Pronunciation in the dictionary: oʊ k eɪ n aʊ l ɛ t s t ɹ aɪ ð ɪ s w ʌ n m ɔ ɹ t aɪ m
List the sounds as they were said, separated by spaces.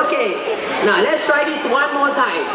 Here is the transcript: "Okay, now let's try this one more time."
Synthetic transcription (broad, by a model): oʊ k eɪ n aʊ l ɛ t s t ɹ aɪ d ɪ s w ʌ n m ɔ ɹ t aɪ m